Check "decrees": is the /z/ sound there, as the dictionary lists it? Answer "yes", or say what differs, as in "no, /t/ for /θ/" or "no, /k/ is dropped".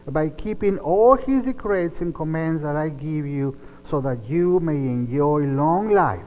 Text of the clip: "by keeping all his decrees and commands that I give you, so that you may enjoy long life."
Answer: no, /s/ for /z/